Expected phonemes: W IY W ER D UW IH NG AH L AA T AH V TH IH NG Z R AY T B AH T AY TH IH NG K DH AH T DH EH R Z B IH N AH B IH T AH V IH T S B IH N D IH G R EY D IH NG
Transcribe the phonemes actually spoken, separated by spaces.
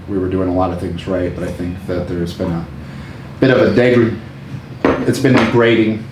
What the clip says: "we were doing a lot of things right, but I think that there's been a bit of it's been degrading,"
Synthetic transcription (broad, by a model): W IY W ER D UW IH NG AH L AA T AH V TH IH NG Z R AY T B AH T AY TH IH NG K DH AH T DH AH R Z B IH N AH B IH T AH V IH T S B IH N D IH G R EY D IH NG